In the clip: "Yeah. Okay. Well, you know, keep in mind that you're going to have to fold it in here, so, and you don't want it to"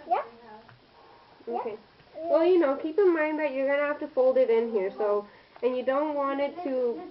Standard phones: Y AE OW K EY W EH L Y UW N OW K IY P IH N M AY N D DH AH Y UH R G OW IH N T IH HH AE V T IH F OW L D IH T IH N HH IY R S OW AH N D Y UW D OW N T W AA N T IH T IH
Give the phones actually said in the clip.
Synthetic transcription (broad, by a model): Y OW K EY W EH L Y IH N OW K IY P IH N M AY N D DH AH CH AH R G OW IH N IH HH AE F T IH F OW L D IH T IH N HH IY R S OW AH N Y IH D OW N T W AA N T IH T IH